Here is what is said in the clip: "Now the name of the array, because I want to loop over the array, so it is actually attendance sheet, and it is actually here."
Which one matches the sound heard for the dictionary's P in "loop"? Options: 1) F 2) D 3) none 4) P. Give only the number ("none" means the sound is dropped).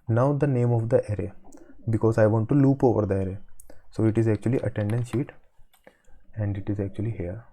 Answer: 4